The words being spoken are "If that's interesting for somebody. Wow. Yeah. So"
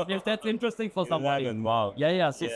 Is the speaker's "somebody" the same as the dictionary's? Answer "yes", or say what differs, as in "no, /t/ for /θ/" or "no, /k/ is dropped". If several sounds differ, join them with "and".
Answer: no, /b/ is dropped